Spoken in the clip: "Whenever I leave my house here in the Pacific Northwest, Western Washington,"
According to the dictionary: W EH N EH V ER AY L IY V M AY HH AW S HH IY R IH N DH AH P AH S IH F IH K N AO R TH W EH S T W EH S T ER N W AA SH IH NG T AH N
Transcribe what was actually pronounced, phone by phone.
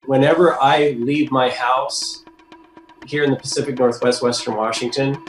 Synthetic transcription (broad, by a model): W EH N EH V ER AY L IY V M AY HH AW S HH IY R IH N DH AH P AH S IH F IH K N AO R TH W EH S T W EH S T ER N W AA SH IH NG T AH N